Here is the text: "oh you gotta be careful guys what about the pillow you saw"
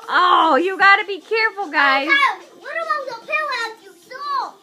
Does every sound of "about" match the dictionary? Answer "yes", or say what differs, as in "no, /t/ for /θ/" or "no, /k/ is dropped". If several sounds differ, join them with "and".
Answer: no, /b/ is dropped